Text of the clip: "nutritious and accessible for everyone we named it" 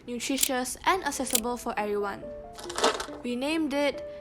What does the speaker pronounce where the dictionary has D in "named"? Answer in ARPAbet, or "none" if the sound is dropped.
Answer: D